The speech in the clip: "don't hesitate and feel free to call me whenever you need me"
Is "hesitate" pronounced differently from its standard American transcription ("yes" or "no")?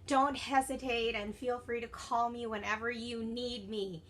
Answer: no